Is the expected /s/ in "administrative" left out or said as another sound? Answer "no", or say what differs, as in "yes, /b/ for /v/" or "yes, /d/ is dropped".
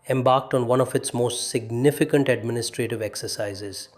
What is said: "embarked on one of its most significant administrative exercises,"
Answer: no